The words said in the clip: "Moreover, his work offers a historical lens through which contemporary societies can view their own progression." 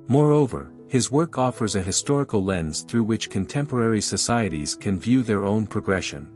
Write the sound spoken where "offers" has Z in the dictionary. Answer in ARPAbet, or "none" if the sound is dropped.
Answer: Z